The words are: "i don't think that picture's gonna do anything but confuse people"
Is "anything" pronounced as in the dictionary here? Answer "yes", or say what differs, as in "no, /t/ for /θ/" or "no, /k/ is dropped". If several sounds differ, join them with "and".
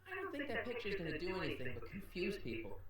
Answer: yes